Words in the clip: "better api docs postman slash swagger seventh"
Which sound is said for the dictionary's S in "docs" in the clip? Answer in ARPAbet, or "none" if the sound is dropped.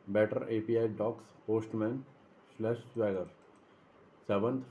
S